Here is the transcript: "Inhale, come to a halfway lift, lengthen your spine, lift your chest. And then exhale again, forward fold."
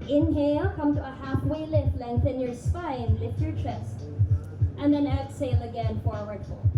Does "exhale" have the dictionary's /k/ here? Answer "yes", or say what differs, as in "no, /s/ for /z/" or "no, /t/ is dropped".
no, /k/ is dropped